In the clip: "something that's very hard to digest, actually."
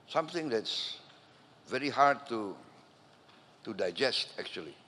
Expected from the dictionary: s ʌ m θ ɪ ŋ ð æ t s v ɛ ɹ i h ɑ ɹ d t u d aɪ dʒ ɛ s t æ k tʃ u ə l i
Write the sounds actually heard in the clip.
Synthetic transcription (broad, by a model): s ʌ m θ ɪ ŋ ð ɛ t s v ɛ ɹ i h ɑ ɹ d t u d aɪ dʒ ɛ s t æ k tʃ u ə l i